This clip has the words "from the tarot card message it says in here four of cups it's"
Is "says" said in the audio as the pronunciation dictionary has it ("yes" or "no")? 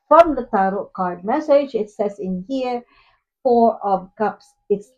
no